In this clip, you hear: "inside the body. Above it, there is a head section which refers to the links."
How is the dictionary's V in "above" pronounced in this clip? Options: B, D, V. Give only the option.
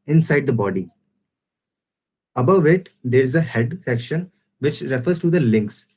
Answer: V